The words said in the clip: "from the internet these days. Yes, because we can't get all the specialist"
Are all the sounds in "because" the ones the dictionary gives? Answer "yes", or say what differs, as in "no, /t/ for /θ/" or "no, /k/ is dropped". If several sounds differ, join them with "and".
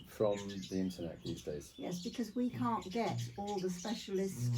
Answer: yes